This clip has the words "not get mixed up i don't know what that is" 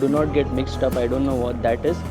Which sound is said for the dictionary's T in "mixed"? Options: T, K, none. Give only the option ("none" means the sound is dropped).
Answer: T